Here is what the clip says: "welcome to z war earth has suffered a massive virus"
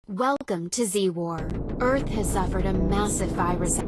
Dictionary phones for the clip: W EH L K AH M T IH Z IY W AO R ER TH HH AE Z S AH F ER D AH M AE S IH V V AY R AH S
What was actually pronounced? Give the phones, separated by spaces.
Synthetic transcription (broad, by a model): W EH L K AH M T IH Z IY W AO R ER TH HH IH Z S AH F ER D AH M AE S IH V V AY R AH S